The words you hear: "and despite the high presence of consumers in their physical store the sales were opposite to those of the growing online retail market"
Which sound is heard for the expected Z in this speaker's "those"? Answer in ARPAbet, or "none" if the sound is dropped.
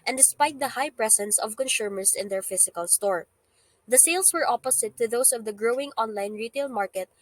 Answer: S